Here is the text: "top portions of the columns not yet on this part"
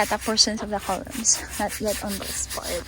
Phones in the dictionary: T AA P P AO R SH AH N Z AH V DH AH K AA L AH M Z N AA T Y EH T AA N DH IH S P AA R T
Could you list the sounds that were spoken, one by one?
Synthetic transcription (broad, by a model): T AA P P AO R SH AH N S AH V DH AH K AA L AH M S N AA T Y EH T AA N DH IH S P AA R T